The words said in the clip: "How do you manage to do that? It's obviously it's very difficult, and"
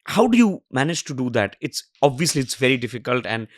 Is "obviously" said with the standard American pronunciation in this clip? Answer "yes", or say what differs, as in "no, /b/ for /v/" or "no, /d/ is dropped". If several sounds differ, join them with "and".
yes